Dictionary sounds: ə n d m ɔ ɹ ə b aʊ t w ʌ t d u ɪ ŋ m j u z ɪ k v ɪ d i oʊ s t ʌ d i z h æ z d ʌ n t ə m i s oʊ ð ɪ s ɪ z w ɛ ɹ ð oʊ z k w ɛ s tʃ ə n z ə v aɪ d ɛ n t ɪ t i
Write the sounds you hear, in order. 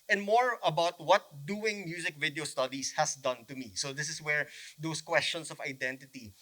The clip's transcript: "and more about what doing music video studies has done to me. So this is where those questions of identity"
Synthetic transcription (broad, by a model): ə n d m ɔ ɹ ə b aʊ t w ʌ t d u ɪ ŋ m j u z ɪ k v ɪ d i oʊ s t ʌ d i s h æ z d ʌ n t ə m i s oʊ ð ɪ s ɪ s w ɛ ɹ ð oʊ s k w ɛ s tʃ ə n s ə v aɪ d ɛ n t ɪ t i